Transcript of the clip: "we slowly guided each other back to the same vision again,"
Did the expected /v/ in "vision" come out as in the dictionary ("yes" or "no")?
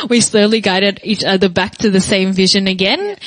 yes